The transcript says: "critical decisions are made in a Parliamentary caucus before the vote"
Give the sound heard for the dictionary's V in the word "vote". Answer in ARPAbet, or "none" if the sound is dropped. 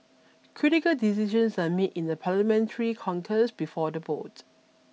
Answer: B